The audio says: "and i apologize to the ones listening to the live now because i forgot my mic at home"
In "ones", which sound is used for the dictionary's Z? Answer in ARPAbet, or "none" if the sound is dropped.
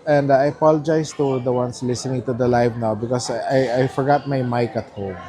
S